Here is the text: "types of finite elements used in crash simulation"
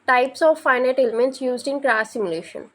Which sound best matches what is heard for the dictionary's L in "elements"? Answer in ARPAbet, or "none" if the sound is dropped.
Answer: L